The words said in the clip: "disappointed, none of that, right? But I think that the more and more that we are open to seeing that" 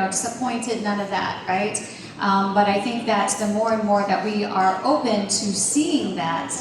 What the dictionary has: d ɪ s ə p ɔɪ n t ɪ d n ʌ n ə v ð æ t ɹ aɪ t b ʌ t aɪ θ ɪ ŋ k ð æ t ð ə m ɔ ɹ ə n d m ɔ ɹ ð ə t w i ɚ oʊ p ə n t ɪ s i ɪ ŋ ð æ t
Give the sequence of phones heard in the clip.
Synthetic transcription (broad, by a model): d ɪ s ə p ɔɪ n t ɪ d n ʌ n ə v ð æ t ɹ aɪ t b ʌ t aɪ θ ɪ ŋ k ð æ t ð ə m ɔ ɹ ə n m ɔ ɹ ð ə t w i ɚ oʊ p ə n t ɪ s i ɪ ŋ ð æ t